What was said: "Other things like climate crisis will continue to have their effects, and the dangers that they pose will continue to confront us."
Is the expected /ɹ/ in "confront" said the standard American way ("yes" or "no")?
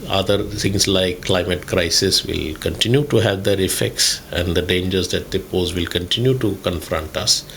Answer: yes